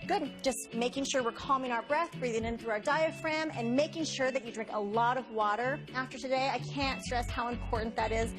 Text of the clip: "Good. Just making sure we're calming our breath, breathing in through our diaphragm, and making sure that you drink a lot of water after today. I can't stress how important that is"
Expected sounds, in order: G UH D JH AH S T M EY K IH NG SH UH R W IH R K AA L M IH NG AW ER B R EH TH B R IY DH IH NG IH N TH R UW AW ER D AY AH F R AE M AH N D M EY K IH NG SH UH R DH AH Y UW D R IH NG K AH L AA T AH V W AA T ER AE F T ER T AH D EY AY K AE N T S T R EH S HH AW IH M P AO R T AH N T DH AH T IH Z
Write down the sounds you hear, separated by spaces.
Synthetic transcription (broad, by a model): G UH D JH AH S T M EY K IH NG SH UH R W IH R K AA L M IH NG AW ER B R EH TH B R IY DH IH NG IH N TH R UW AW ER D AY AH F R AE M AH N M EY K IH NG SH UH R DH AH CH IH D R IH NG K AH L AA T AH V W AA T ER AE F T ER T AH D EY AY K AE N T S T R EH S HH AW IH M P AO R T N DH AH T IH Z